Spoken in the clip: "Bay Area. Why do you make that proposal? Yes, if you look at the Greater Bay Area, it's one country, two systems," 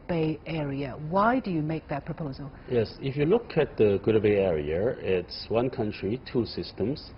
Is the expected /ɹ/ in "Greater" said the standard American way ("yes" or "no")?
no